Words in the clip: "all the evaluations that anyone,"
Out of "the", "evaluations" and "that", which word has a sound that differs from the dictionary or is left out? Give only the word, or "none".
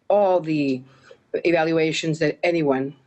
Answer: none